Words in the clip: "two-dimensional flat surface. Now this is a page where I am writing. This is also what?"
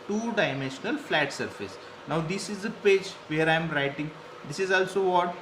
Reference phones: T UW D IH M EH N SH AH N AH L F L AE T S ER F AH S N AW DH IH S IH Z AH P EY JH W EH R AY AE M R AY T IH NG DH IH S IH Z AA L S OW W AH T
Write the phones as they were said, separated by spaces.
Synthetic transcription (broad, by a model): T UW D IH M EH N SH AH N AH L F L AE T S ER F AH S N AW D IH S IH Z AH P EY JH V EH R AY M R AY T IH NG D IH S IH Z AA L S OW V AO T